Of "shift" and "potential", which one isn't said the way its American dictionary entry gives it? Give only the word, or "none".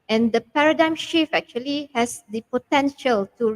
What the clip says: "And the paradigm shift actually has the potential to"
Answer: shift